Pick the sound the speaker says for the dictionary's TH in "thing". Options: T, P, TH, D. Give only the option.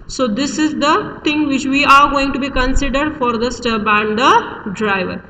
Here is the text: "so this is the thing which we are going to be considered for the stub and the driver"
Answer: T